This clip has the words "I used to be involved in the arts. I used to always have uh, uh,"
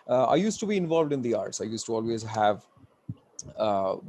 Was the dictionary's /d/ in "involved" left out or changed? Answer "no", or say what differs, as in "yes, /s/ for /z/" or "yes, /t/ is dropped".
no